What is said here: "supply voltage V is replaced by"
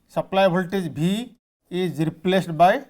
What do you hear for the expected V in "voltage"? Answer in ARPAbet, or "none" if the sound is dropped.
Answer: B